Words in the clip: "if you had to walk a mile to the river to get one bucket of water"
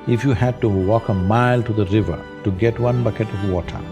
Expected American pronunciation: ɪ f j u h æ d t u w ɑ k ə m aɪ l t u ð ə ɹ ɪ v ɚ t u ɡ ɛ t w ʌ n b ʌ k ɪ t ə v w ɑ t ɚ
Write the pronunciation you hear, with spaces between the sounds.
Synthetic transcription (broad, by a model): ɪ f j u h æ d t u w ɑ k ə m aɪ l t u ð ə ɹ ɪ v ɚ t u ɡ ɛ t w ʌ n b ʌ k ɪ t ə v w ɑ t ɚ